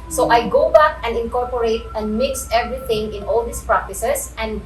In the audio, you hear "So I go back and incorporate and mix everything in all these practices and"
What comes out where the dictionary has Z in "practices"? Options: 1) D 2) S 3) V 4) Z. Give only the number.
2